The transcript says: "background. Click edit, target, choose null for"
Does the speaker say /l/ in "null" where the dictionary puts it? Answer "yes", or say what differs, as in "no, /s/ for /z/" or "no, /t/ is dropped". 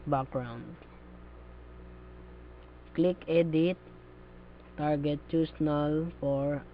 yes